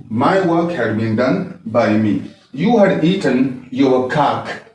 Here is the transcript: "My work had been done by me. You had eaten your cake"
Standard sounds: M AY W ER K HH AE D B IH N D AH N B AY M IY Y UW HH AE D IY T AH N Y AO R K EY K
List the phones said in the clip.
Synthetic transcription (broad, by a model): M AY W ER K HH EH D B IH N D AH N B AY M IY Y UW HH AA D IY T AH N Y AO W K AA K